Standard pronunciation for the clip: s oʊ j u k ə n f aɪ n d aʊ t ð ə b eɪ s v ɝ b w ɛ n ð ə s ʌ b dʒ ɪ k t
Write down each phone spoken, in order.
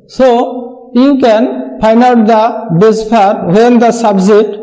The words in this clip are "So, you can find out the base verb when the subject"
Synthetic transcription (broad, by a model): s oʊ j u k ə n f aɪ n aʊ t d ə b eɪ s p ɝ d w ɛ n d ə s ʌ b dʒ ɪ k t